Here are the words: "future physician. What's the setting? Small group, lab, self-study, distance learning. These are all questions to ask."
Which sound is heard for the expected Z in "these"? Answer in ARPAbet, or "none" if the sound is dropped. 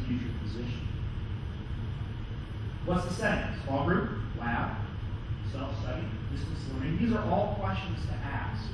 Z